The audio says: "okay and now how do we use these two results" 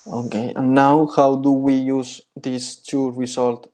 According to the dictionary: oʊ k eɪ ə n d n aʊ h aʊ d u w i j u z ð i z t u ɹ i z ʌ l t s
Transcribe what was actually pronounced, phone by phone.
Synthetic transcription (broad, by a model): oʊ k eɪ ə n n aʊ h aʊ d u w i j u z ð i s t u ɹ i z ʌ l t